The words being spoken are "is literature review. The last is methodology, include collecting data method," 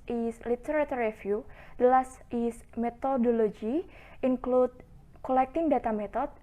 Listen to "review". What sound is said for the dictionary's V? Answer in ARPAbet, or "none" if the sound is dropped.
F